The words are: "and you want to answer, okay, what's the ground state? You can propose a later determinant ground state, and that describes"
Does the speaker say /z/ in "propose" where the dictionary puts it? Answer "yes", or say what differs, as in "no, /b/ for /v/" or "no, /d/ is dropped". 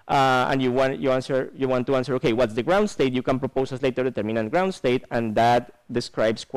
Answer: no, /s/ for /z/